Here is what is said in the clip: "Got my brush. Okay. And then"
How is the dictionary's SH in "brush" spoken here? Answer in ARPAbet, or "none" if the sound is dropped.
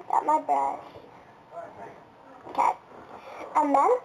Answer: none